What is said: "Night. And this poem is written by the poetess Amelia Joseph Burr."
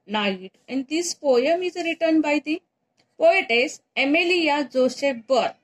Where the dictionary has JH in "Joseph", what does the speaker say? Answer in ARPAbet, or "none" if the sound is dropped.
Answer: Z